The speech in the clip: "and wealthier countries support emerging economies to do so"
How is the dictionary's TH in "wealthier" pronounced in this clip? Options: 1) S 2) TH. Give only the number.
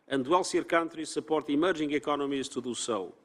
1